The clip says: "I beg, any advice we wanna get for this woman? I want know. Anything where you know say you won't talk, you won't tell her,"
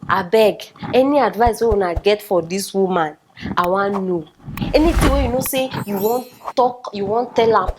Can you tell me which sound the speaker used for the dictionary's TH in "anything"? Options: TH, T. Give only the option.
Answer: T